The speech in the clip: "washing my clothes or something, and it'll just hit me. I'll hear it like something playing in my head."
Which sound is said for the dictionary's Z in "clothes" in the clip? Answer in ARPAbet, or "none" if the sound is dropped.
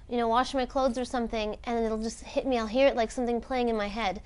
Z